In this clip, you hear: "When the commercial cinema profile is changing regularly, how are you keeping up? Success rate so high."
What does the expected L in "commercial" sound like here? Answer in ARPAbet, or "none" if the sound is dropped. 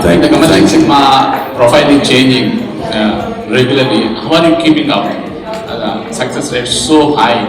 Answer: N